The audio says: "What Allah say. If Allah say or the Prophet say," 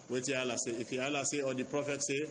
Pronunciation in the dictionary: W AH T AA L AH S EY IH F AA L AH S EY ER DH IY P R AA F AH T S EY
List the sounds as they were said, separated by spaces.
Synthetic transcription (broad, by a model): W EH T AA L AH S EY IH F AA L AH S EY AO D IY P R AA F AH T S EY